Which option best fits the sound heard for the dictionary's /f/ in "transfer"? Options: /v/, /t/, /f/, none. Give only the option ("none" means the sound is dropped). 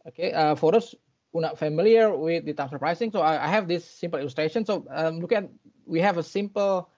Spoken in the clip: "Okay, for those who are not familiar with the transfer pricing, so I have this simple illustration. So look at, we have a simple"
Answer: none